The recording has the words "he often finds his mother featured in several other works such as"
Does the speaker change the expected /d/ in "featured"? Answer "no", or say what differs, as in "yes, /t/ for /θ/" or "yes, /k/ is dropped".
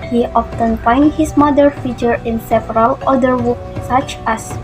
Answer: yes, /d/ is dropped